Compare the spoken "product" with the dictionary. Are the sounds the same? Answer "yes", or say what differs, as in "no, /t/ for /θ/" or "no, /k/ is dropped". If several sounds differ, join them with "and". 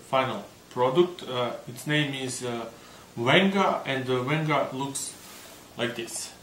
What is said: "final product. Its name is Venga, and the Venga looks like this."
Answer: yes